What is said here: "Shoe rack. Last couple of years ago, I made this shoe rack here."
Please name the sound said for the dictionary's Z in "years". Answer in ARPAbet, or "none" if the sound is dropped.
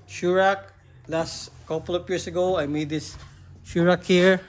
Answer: S